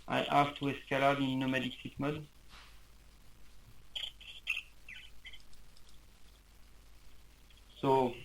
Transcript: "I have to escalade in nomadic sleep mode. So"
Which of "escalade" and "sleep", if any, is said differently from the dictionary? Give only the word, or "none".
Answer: sleep